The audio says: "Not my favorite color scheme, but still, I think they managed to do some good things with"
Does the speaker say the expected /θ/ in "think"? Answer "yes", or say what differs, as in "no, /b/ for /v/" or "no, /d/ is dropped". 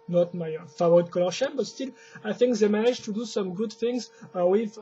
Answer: yes